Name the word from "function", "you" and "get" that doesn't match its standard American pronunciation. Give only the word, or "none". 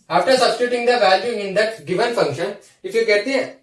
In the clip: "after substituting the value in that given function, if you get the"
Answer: none